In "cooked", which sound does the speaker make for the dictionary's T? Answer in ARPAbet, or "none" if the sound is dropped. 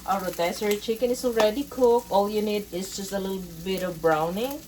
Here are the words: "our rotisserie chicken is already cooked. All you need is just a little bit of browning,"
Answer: none